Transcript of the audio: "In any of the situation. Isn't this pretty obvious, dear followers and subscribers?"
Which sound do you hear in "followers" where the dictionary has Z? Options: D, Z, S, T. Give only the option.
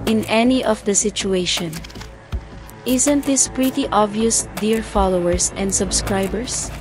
S